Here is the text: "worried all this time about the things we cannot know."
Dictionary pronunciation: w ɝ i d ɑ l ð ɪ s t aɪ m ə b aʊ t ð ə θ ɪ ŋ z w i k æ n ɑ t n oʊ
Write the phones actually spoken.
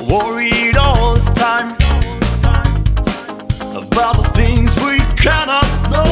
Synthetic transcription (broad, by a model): w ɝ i d ɑ l ð ɪ s t aɪ m ə b aʊ t ð ə θ ɪ ŋ z w i k æ n ɑ t n oʊ